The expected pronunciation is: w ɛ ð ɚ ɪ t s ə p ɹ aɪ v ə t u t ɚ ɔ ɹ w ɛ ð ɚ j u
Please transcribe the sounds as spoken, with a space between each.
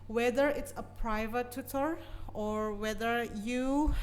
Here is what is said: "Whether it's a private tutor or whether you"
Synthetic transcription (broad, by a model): w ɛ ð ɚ ɪ t s ə p ɹ aɪ v ə t u t ɚ ɔ ɹ w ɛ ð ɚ j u